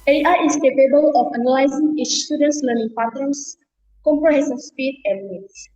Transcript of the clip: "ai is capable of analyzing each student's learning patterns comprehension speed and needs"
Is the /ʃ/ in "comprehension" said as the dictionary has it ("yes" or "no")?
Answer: no